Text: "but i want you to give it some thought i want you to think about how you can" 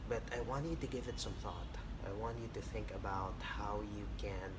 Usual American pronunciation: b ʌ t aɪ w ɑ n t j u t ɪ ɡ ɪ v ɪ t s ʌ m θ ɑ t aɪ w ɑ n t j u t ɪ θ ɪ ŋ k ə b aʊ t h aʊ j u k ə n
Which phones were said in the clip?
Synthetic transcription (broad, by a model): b ʌ t aɪ w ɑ n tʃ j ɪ t ɪ ɡ ɪ v ɪ t s ʌ m θ ɑ t aɪ w ɑ n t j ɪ t ɪ θ ɪ ŋ k ə b aʊ t h aʊ j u k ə n